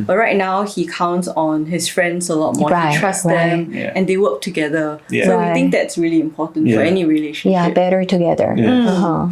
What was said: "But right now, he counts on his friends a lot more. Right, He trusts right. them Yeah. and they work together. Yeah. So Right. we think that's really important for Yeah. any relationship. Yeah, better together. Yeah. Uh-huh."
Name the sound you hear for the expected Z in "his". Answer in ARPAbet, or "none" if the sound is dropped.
S